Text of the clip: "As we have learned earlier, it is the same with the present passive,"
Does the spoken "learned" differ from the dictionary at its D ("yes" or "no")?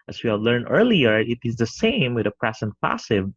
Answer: yes